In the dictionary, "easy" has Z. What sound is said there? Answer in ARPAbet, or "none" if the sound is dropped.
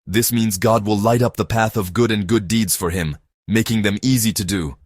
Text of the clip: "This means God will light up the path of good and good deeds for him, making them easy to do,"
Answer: Z